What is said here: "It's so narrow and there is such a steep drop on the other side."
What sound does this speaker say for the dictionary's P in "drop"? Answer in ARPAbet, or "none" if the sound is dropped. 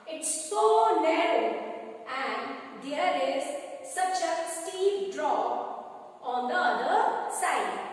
none